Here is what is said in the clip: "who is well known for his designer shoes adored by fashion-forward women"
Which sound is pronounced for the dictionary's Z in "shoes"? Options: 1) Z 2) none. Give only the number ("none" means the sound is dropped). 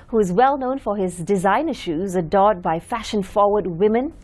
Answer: 1